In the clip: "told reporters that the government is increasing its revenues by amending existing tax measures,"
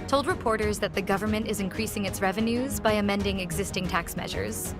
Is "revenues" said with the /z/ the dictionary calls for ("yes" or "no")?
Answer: yes